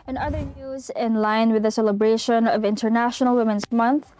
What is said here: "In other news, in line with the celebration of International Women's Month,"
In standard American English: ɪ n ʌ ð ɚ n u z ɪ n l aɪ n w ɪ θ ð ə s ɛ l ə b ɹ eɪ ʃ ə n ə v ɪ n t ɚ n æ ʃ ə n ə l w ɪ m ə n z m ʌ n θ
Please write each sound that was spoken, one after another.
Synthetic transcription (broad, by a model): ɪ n ʌ ð ɚ n u z ɪ n l aɪ n w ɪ ð ə s ɛ l ə b ɹ eɪ ʃ ə n ə v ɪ n t ɚ n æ ʃ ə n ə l w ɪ m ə n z m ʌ n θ